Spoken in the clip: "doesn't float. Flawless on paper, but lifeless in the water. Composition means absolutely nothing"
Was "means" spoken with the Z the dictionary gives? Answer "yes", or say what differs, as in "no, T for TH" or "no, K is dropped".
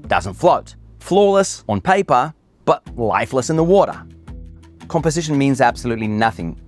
yes